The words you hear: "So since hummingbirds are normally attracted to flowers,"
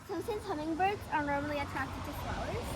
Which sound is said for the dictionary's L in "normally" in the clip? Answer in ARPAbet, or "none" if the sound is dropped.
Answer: L